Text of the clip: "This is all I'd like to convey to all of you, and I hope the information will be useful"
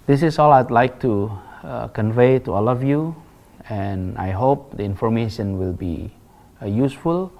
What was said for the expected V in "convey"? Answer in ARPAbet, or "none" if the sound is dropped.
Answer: V